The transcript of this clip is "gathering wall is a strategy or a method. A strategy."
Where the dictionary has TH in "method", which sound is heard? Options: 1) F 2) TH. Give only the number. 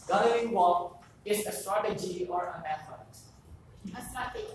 1